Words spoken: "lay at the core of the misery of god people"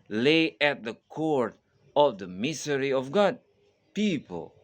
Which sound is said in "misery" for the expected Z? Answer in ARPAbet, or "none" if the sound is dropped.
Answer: S